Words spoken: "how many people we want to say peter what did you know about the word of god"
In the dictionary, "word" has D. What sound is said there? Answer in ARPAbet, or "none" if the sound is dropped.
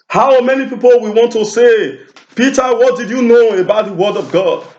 D